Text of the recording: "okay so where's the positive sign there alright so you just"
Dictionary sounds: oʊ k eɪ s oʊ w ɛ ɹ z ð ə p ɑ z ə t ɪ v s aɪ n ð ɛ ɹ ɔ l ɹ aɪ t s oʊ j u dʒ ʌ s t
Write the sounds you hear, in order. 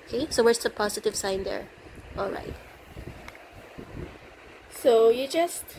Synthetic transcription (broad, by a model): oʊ k eɪ s oʊ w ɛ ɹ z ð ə p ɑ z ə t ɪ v s aɪ n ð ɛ ɹ ɔ l ɹ aɪ t s oʊ j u dʒ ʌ s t